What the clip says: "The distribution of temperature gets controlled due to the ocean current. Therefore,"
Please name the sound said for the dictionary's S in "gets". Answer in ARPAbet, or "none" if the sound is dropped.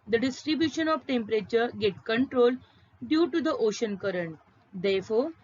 none